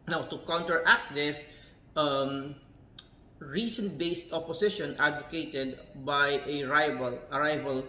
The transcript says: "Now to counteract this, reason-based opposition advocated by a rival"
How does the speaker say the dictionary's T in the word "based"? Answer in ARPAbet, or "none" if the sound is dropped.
T